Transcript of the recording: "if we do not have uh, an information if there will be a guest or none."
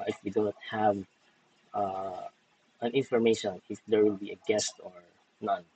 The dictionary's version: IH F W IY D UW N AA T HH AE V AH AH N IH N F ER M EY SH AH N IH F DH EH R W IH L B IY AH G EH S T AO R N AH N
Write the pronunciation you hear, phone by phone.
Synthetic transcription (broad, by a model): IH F W IY D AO N T HH AE V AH AH N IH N F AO M EY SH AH N IH F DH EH R W IH L B IY AH G EH S T AO R N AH N